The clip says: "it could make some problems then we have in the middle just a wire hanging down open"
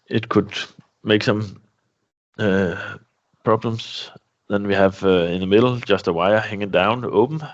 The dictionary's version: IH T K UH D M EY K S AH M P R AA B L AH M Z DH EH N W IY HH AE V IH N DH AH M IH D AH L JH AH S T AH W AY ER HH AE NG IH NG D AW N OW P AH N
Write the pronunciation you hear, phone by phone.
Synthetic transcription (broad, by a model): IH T K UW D M EY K S AH M P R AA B L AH M S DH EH N W IY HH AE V IH N DH AH M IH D L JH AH S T AH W AY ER HH AE NG IH NG D AW N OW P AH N